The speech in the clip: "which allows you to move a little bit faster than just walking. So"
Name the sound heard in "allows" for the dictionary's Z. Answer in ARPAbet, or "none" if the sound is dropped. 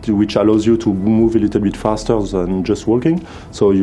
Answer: Z